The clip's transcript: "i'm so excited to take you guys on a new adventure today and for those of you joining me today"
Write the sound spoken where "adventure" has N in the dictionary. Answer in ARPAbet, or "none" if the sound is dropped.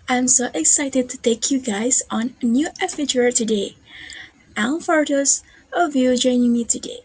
none